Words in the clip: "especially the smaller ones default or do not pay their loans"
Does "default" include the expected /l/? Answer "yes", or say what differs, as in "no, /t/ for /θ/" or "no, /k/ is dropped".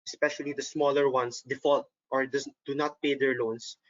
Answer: yes